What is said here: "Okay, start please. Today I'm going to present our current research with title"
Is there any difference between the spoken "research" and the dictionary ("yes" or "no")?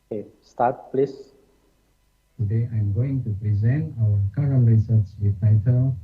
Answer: yes